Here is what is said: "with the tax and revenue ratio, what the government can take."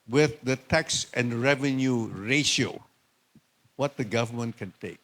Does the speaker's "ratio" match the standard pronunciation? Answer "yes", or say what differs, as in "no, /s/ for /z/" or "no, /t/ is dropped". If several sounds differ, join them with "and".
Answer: yes